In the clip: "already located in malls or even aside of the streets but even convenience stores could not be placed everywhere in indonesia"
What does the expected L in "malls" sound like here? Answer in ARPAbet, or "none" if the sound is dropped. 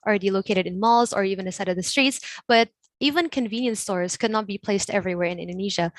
L